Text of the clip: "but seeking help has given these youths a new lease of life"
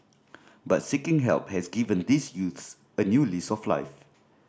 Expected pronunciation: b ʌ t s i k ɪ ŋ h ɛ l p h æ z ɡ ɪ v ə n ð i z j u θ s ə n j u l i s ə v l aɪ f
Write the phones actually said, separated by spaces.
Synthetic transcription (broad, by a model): b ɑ t s i k ɪ ŋ h ɛ l p h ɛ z ɡ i v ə n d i s j u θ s ə n j u l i s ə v l aɪ f